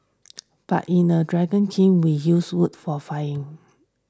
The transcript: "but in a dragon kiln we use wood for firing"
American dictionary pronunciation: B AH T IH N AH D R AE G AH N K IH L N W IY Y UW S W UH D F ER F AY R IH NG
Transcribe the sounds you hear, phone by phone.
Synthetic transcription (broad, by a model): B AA T IH N AH D R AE G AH N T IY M W IY Y UW S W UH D F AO F AY IH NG